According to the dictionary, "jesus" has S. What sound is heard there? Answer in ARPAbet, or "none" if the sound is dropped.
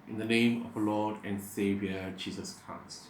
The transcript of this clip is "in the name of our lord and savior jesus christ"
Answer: S